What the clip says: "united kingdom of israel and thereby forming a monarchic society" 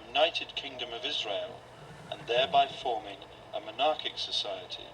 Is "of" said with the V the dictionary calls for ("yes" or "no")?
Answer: yes